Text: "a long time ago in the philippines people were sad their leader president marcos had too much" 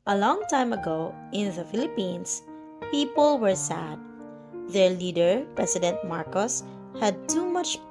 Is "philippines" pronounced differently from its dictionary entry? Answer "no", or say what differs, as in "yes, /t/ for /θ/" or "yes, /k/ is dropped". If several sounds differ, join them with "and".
yes, /s/ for /z/